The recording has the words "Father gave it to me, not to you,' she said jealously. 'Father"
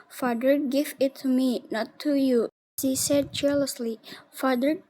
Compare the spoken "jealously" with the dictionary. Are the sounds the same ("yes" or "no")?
no